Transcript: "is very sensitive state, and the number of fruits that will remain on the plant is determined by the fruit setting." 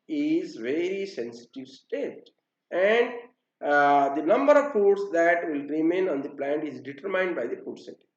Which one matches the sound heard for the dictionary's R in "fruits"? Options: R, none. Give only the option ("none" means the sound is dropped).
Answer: none